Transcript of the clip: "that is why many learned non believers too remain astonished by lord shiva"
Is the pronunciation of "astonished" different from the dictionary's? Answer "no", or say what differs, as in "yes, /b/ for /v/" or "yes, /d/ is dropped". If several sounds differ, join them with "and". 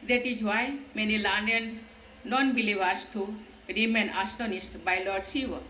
yes, /s/ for /ʃ/